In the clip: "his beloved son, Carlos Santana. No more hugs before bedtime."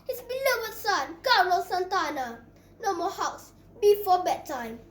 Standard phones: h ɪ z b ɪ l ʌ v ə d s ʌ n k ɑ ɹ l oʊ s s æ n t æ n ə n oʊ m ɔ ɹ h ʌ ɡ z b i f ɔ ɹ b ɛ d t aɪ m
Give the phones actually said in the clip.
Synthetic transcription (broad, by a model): h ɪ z b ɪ l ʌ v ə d s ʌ n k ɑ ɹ oʊ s s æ n t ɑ n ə n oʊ m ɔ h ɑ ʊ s b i f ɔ b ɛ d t aɪ m